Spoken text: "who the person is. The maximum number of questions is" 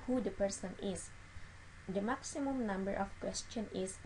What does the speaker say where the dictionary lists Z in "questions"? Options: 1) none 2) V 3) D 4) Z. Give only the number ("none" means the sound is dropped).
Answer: 1